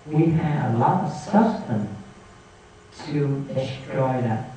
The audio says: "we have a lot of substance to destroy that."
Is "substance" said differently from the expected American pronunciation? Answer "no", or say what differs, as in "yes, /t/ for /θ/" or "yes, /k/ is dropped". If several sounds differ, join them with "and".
yes, /b/ is dropped and /s/ is dropped